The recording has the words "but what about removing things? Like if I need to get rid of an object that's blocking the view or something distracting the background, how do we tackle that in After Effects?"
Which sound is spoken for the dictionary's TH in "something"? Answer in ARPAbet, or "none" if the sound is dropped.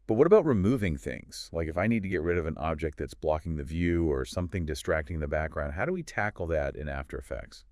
TH